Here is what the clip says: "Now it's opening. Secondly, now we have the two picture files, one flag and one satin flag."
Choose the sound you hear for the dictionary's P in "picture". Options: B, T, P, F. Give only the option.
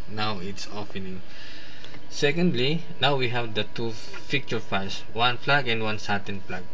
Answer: F